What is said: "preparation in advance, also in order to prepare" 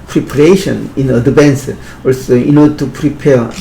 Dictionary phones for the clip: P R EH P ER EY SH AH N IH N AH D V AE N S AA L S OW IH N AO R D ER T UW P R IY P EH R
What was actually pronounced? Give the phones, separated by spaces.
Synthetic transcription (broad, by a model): P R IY P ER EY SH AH N IH N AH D B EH N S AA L S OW IH N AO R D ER T UW P R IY P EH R